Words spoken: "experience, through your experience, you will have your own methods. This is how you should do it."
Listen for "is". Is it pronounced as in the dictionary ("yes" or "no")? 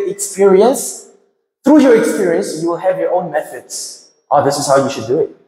no